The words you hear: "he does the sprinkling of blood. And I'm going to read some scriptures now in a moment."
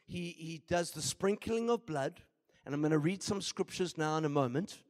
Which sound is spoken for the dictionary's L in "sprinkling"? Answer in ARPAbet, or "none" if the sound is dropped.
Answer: L